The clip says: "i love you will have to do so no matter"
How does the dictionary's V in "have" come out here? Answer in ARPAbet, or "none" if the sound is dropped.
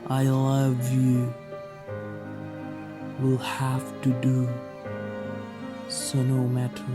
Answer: F